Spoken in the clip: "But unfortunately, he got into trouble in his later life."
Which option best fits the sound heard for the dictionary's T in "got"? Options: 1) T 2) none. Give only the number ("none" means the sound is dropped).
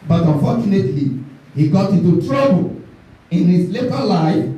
1